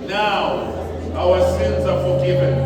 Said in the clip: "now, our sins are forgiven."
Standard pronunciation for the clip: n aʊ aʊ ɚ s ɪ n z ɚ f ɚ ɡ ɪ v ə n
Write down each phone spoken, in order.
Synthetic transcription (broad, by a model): n aʊ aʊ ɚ s ɪ n z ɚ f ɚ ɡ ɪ v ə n